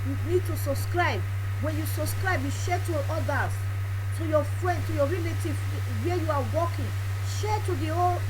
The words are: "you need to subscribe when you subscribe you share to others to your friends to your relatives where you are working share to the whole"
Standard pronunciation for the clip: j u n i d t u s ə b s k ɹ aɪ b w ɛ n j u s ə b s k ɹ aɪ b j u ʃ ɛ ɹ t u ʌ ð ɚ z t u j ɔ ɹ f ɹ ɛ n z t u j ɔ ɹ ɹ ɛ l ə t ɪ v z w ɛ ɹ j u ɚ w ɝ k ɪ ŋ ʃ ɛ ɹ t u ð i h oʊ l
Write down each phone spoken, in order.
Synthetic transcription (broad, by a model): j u n i d t u s ə b s k ɹ aɪ b w ɛ n j u s ə b s k ɹ aɪ b j u ʃ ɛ t u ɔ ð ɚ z t u j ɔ f ɹ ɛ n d t u j ɔ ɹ ɹ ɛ l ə t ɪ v w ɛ j u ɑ w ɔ k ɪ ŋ ʃ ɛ t u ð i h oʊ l